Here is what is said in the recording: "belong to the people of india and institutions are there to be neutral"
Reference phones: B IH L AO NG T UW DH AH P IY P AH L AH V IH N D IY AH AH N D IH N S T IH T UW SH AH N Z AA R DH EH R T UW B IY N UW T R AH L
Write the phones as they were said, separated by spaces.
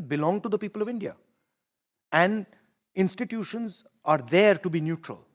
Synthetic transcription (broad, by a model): B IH L AO NG T UW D AH P IY P AH L AH V IH N D IY AH AH N D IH N S T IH T UW SH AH N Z AA R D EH R T UW B IY N UW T R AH L